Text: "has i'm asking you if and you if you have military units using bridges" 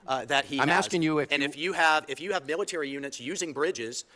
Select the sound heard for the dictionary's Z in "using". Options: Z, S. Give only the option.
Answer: Z